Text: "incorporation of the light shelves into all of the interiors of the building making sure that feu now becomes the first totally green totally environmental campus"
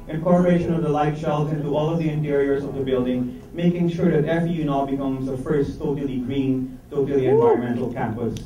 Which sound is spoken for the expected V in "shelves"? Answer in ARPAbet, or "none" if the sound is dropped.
none